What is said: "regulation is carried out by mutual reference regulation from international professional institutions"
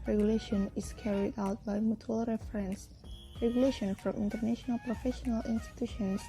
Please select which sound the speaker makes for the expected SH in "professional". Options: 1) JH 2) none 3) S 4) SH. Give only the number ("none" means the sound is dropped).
4